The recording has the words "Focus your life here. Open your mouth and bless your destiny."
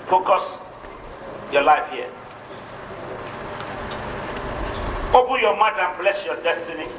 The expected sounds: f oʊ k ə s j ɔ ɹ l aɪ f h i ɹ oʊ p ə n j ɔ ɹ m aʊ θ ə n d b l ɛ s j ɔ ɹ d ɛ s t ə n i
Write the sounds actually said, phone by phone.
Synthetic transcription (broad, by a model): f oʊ k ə s j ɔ l aɪ f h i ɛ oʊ b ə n j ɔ m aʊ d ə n b l ɛ s j ɔ d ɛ s t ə n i